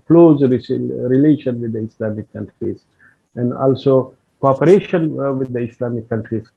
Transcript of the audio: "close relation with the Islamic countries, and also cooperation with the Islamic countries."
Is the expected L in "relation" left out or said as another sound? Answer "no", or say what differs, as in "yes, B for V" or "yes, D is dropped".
no